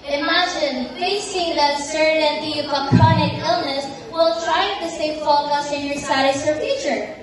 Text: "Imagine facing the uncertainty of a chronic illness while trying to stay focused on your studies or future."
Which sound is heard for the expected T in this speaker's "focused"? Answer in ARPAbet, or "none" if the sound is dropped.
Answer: none